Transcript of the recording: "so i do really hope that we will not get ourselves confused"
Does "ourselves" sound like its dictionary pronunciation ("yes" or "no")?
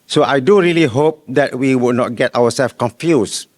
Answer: no